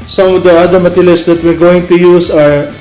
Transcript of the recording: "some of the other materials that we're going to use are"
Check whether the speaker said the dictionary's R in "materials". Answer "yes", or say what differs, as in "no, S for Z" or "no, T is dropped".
no, L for R